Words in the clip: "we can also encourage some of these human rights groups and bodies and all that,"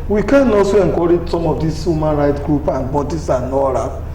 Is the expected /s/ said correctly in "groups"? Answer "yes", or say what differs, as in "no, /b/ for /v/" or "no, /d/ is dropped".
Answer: no, /s/ is dropped